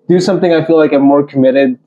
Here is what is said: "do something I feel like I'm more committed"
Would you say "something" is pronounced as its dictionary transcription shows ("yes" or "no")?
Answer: yes